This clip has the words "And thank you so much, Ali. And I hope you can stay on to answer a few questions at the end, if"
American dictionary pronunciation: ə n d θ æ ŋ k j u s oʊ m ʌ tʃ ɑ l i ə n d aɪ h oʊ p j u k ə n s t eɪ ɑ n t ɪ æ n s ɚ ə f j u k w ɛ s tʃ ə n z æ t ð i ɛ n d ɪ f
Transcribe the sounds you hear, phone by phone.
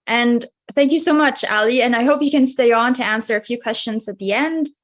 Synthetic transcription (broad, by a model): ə n θ æ ŋ k j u s oʊ m ʌ tʃ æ l i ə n aɪ h oʊ p j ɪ k ə n s t eɪ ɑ n t ɪ æ n s ɚ ə f j u k w ɛ s tʃ ə n z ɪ t ð i ɛ n d